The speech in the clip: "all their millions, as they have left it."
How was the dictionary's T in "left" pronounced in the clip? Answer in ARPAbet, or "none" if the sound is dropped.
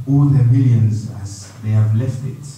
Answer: T